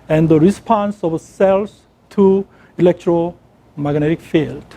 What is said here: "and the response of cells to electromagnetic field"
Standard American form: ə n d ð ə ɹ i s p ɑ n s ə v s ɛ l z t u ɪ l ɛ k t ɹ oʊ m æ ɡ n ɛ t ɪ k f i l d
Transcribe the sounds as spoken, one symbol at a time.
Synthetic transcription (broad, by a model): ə n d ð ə ɹ i s p ɑ n s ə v s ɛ l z t u ɪ l ɛ k t ɹ oʊ m æ ɡ n ɛ t ɪ k f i l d